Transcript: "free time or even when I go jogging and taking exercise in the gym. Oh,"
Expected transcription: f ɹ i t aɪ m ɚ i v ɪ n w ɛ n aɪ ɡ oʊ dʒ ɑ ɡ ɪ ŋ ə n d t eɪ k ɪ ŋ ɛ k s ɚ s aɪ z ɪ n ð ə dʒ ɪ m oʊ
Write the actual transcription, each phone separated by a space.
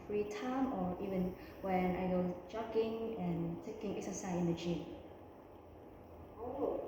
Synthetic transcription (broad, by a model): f ɹ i t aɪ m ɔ i v ɪ n w ɛ n aɪ ɡ oʊ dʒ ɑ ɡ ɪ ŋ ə n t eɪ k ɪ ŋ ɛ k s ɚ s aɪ ɪ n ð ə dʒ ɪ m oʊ